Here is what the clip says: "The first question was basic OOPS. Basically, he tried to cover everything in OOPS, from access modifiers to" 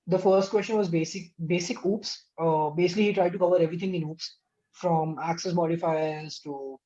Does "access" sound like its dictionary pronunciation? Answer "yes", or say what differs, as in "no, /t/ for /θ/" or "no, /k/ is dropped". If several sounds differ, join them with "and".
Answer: yes